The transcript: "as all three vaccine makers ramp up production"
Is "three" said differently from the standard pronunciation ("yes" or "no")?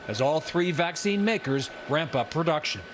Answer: no